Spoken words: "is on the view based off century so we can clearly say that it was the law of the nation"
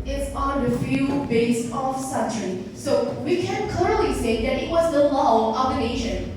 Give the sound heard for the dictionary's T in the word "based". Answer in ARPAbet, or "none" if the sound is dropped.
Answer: none